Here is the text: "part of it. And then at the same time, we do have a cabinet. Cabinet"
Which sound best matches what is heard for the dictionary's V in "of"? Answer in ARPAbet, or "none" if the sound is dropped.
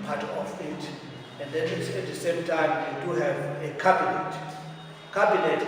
F